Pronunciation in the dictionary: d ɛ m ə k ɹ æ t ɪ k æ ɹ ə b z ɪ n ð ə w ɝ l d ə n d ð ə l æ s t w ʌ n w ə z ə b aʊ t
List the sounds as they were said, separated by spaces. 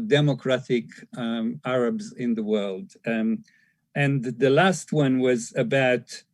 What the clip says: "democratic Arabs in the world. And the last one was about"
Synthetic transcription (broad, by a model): d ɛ m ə k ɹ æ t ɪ k æ ɹ ə b z ɪ n ð ə w ɝ l d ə n ð ə l æ s t w ʌ n w ə z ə b aʊ t